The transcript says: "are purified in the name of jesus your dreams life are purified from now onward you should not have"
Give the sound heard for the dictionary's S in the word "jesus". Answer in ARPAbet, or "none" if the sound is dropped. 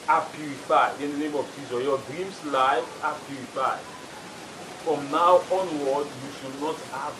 none